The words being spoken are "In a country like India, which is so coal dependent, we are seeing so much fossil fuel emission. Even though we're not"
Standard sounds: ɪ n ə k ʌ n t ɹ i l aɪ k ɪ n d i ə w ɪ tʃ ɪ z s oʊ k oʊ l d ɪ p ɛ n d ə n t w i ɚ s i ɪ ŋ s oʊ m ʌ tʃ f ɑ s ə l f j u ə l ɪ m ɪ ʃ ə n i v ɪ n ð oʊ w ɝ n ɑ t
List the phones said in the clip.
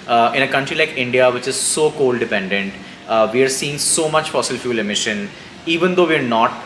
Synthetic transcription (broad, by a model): ɪ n ə k ʌ n t ɹ i l aɪ k ɪ n d i ə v ɪ tʃ ɪ z s oʊ k oʊ l d ɪ p ɛ n d ə n t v i ɚ s i ɪ ŋ s oʊ m ʌ tʃ f ɑ s ə l f j u l ɪ m ɪ ʃ ə n i v ɪ n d oʊ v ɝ n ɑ t